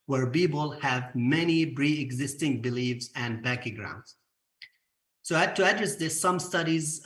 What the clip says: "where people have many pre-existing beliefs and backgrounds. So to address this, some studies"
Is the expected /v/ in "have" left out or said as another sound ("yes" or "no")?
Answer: no